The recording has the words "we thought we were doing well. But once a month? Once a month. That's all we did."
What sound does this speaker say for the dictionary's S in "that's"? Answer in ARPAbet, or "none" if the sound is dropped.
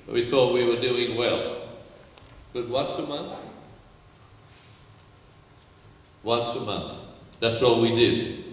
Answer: S